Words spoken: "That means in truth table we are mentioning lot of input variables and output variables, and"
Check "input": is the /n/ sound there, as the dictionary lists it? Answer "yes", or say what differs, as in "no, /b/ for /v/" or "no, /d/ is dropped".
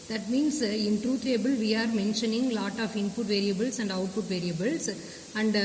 yes